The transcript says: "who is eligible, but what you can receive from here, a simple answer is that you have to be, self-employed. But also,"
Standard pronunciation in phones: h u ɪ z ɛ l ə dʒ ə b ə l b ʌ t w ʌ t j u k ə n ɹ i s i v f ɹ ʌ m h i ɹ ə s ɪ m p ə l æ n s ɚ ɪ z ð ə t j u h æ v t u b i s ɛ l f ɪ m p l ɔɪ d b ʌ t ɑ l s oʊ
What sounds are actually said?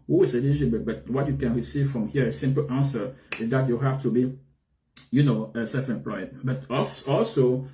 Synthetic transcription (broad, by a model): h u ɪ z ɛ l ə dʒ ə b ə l b ʌ t w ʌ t j u k ə n ɹ i s i v f ɹ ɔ m h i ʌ ə s ɪ m p ə l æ n s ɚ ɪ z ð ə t j u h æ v t u b i s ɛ f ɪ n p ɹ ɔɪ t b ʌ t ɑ l s oʊ